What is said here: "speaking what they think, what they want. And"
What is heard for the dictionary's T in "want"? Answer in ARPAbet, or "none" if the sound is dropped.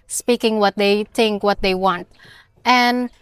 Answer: T